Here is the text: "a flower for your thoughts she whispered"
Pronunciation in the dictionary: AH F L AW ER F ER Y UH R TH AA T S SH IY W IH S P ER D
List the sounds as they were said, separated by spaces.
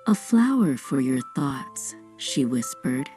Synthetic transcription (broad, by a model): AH F L AW ER F ER Y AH R TH AA T S SH IY W IH S P ER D